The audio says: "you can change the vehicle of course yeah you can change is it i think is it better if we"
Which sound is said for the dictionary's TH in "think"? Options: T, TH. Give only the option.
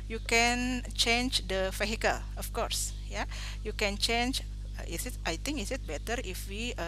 T